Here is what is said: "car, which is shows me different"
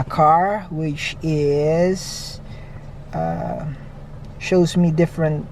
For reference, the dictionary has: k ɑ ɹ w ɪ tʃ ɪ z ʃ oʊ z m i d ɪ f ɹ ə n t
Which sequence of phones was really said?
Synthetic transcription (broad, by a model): k ɑ ɹ w ɪ tʃ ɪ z ʃ oʊ z m i d ɪ f ɹ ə n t